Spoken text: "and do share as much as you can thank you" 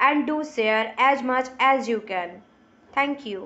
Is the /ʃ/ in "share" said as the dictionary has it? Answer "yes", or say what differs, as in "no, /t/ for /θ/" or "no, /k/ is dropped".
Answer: no, /s/ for /ʃ/